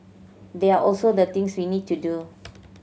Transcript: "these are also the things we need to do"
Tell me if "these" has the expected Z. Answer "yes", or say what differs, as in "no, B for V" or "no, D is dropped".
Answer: no, Z is dropped